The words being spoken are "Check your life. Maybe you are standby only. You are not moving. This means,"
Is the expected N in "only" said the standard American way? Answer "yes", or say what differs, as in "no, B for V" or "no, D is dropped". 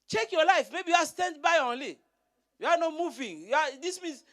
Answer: yes